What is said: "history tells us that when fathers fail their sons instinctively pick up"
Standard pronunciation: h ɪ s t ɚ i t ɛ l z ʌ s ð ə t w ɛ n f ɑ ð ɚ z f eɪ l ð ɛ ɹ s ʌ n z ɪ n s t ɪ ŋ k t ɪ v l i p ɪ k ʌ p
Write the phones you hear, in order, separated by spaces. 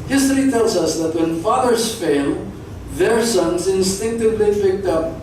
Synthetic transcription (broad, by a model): h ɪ s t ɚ i t ɛ l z ʌ s ð ə t w ɛ n f ɑ ð ɚ z f eɪ l ð ɛ ɹ s ʌ n z ɪ n s t ɪ ŋ k t ɪ v l i f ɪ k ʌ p